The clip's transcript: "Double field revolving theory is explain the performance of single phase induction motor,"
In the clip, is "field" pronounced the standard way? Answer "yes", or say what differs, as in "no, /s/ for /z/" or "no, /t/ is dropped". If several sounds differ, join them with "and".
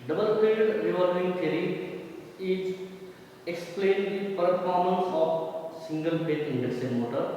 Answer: no, /p/ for /f/